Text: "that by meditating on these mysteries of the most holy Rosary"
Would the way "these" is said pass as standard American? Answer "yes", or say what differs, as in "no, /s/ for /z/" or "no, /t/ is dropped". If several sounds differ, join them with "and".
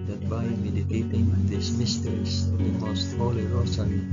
no, /s/ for /z/